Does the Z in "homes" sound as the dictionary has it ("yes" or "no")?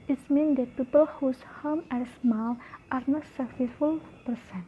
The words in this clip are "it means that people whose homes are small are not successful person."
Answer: no